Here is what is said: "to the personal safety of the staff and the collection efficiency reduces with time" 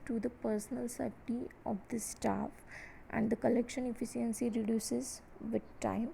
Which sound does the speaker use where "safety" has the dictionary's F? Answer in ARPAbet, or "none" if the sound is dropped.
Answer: none